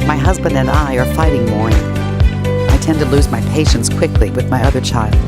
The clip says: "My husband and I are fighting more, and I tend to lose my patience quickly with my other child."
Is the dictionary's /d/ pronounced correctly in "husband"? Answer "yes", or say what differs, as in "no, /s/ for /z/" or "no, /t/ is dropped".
yes